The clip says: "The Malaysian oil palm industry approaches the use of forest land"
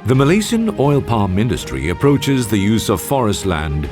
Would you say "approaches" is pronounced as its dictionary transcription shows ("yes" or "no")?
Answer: yes